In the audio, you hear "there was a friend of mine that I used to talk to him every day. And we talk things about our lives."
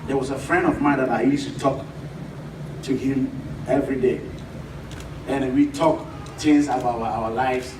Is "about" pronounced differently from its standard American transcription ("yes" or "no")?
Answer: yes